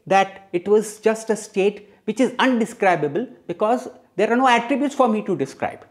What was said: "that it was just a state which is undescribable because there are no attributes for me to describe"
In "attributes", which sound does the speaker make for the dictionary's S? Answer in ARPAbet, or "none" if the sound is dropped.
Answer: S